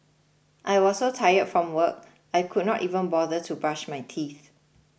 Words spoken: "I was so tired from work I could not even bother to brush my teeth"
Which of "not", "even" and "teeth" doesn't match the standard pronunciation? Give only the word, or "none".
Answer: none